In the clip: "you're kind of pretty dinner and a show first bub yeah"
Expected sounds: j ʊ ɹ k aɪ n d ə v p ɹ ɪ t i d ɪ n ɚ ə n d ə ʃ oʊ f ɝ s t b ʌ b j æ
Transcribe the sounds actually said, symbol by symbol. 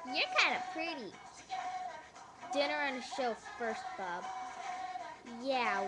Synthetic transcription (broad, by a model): j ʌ ɹ k aɪ n d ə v p ɹ ɪ t i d ɪ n ɚ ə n ə ʃ oʊ f ɝ s t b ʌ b j æ